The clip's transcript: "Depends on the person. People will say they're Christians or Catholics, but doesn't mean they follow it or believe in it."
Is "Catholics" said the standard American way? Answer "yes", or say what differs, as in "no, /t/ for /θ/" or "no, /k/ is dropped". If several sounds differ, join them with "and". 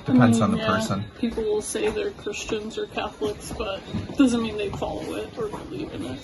yes